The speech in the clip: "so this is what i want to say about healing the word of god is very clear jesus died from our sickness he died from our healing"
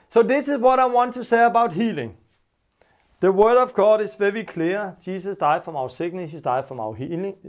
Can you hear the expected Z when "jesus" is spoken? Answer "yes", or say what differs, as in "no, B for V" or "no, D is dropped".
no, S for Z